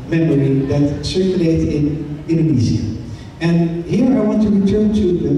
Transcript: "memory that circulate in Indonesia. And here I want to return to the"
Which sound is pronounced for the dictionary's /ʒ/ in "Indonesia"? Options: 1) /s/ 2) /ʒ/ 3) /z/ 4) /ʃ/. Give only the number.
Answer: 3